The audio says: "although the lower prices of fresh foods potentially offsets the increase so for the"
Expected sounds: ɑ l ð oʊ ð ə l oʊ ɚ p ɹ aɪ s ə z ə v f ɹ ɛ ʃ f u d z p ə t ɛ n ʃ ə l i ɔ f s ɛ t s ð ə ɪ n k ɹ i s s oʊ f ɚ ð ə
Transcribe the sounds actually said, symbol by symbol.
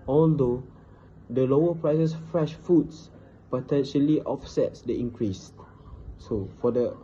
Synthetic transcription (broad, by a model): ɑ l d oʊ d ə l oʊ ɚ p ɹ aɪ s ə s f ɹ ɛ ʃ f u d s p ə t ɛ n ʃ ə l i ɔ f s ɛ t s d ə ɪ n k ɹ i s s oʊ f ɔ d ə